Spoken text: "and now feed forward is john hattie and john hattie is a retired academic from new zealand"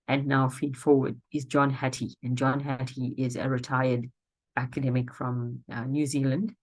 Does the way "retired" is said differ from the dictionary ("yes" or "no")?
no